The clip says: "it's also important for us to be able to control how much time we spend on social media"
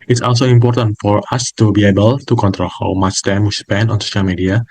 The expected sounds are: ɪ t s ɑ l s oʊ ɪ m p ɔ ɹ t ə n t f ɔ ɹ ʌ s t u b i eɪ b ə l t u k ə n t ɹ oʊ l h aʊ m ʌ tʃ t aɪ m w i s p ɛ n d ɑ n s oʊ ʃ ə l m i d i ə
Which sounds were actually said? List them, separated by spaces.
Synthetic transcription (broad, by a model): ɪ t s ɑ l s oʊ ɪ m p ɔ ɹ t ə n t f ɔ ɹ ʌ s t u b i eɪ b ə l t u k ə n t ɹ oʊ l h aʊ m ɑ s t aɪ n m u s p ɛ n ɑ n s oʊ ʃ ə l m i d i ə